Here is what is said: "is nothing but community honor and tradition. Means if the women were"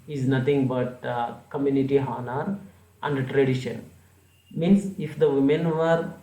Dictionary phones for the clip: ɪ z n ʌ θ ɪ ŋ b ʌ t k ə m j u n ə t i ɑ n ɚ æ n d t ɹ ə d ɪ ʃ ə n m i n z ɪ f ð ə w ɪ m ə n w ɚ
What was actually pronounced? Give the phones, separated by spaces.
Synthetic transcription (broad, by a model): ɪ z n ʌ t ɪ ŋ b ʌ t k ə m j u n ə t i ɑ n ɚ æ n d t ɹ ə d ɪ ʃ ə n m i n s ɪ f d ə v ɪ m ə n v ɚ